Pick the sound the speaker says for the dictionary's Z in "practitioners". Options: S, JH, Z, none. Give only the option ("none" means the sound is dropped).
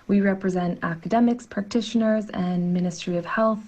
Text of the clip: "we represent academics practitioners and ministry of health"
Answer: Z